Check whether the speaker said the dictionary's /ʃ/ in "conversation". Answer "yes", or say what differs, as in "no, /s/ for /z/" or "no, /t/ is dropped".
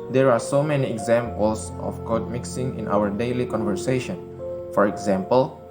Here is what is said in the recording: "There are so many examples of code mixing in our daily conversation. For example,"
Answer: yes